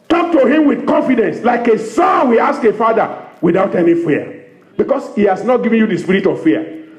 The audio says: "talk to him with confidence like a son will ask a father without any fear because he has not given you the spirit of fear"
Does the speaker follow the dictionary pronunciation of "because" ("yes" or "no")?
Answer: no